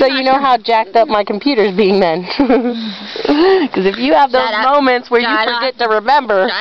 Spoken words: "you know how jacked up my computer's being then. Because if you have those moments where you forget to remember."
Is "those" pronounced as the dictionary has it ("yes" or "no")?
yes